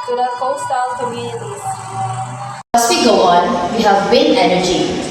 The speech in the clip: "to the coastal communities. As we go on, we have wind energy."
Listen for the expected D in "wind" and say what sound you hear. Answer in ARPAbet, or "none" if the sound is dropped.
none